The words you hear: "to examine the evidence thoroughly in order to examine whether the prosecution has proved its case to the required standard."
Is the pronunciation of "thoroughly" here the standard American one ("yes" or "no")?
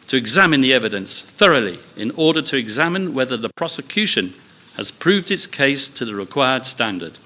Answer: yes